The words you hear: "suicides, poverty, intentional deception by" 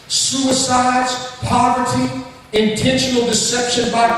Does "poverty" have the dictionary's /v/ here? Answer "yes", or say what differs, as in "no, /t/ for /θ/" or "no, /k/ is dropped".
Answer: yes